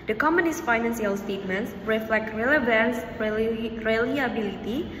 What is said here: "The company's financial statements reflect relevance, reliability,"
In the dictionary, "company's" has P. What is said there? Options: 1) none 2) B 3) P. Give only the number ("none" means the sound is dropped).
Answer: 1